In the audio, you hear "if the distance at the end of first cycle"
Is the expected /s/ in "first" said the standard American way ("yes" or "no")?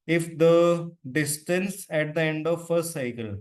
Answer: no